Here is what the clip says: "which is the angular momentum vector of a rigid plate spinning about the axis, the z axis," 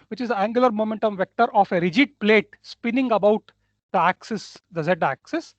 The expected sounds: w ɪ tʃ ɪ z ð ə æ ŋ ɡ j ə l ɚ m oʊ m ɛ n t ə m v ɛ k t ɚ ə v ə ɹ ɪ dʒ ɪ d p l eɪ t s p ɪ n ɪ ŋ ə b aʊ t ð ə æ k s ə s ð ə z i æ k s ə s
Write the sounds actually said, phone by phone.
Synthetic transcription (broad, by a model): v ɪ tʃ ɪ z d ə æ ŋ ɡ j ə l ɚ m oʊ m ɛ n t ə m v ɛ k t ɚ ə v ə ɹ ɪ dʒ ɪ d p l eɪ t s p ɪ n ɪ ŋ ə b aʊ t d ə æ k s ə s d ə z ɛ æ k s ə s